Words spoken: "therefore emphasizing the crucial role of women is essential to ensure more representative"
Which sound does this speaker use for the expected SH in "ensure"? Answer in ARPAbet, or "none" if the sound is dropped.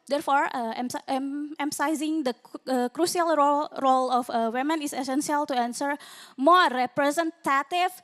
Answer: S